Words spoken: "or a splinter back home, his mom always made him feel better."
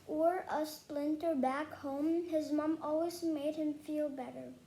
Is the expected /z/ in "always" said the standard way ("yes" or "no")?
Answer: yes